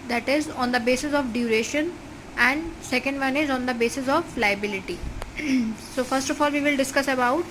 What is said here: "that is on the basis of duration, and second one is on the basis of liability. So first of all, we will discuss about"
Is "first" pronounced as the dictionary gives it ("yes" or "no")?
yes